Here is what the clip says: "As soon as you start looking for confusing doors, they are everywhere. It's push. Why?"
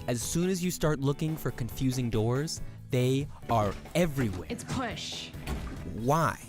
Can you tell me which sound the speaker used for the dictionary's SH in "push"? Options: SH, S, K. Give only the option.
SH